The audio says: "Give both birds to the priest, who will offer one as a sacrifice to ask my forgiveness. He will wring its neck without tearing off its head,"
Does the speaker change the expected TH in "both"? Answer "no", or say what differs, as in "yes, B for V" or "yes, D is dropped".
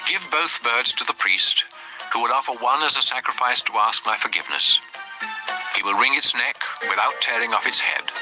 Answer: no